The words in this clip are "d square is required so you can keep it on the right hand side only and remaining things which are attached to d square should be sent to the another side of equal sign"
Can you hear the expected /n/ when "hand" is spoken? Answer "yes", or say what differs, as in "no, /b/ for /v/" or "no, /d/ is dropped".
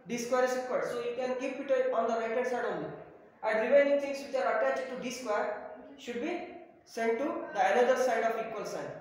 no, /n/ is dropped